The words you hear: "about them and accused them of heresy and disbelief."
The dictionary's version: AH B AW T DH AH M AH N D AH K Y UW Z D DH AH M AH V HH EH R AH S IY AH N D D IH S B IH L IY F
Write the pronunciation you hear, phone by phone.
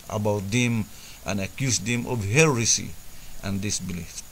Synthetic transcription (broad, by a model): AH B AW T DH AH M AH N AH K Y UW S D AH M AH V HH EH R AH S IY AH N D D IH S B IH L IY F